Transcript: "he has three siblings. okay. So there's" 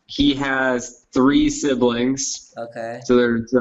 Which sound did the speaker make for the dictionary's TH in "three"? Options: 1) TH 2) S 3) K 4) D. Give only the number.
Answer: 1